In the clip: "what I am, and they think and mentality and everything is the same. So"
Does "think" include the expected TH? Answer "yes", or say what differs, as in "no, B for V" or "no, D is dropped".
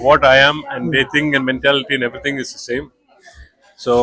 no, T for TH